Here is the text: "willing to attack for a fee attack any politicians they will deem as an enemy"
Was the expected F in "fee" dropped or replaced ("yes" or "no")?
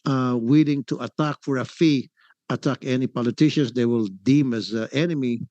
no